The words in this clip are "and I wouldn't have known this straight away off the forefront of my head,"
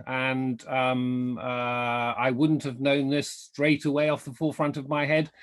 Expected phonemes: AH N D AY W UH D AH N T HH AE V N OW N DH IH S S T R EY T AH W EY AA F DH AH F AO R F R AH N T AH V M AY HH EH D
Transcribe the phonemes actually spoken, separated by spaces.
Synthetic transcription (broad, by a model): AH N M AY W UH D N T HH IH V N OW N DH IH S S T R EY T AH W EY AA F DH AH F AO R F R AH N T AH V M AY HH EH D